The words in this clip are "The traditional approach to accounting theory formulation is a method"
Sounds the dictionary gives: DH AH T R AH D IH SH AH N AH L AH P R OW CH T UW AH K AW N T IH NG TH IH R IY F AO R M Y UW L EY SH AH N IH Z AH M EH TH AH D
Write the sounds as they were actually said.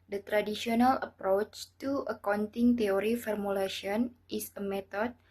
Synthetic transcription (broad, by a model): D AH T R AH D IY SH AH N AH L AH P R OW CH T UW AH K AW N T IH NG T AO R IY F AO R M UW L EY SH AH N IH S AH M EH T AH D